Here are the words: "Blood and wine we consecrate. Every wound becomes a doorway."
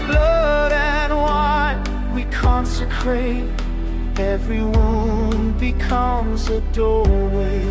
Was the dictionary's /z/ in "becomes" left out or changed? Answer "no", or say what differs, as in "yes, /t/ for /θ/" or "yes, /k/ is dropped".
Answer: no